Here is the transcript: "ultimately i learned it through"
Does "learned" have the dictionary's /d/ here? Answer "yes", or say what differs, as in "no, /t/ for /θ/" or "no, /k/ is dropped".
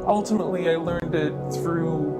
yes